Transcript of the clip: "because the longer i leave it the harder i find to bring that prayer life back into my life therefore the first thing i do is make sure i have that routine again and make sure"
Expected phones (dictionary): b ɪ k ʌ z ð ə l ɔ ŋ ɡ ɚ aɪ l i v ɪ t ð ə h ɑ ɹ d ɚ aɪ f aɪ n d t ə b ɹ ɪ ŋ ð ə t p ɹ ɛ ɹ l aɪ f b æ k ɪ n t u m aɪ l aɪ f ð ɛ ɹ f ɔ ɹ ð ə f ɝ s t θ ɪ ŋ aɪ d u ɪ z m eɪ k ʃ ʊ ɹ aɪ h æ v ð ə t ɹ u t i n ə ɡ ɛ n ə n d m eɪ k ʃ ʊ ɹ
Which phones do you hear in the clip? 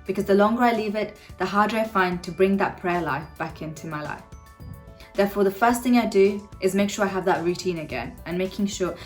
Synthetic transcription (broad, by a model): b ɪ k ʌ z ð ə l ɔ ŋ ɡ ɚ aɪ l i v ɪ t ð ə h ɑ ɹ d ɚ aɪ f aɪ n t ə b ɹ ɪ ŋ ð ə t p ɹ ɛ l aɪ f b æ k ɪ n t u m aɪ l aɪ f ð ɛ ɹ f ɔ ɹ ð ə f ɝ s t θ ɪ ŋ aɪ d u ɪ z m eɪ k ʃ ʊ ɹ aɪ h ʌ v ð ə t ɹ u t i n ə ɡ ɛ n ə n m eɪ k ʃ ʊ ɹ